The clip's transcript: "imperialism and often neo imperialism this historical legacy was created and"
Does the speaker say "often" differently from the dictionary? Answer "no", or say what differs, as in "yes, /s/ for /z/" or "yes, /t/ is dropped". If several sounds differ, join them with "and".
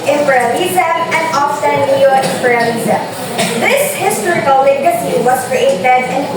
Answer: yes, /s/ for /t/